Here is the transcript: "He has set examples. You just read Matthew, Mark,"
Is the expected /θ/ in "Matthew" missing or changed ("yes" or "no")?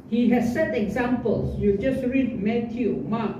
yes